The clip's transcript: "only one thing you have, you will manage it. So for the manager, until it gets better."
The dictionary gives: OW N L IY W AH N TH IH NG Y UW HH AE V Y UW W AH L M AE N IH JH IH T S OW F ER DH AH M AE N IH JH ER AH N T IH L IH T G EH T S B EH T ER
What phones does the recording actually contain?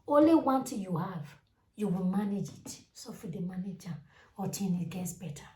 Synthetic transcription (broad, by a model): OW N L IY W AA N T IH Y UW HH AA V Y UW W AH L M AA N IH JH IH T S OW F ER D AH M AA N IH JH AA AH T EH N IH T G EH T S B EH T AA